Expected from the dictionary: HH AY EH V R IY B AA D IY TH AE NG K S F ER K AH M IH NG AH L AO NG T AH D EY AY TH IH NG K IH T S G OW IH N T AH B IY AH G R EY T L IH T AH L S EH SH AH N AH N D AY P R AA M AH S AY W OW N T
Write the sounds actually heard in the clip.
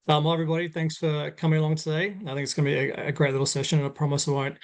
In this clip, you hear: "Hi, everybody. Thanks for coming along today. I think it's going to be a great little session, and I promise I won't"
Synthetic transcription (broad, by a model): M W EH V R IY B AA D IY TH AE NG K S F ER K AH M IH NG AH L AO NG T AH D EY AY TH IH NG K IH T S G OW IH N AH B IY AH G R EY T L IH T L S EH SH AH N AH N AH P R AA M AH S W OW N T